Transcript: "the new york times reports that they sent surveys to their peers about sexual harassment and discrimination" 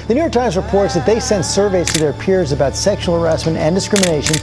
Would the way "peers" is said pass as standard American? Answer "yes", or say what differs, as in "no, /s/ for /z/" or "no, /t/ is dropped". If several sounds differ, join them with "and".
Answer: yes